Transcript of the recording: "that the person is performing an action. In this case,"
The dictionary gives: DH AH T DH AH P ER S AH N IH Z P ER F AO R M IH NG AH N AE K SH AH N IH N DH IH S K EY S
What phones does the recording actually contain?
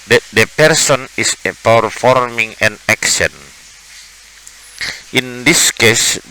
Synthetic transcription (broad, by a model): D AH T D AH P ER S AH N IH S P ER F AO R M IH NG AH N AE K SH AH N IH N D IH S K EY S